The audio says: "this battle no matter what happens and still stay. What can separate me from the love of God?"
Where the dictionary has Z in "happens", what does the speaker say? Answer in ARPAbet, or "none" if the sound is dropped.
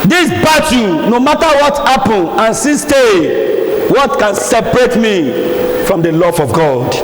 none